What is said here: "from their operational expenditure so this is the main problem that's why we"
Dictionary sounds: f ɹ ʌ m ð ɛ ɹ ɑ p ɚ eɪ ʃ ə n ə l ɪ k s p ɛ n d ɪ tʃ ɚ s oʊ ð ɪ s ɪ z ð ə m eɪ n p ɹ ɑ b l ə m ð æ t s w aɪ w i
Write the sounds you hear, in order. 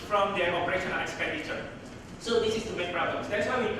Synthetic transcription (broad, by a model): f ɹ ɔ m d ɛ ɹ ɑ p ɚ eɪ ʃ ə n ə n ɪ k s p ɛ n d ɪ tʃ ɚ s oʊ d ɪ s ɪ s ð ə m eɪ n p ɹ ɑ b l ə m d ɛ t s w aɪ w i